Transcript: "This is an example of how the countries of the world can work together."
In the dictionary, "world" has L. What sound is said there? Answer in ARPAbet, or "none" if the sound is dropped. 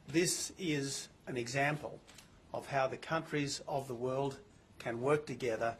L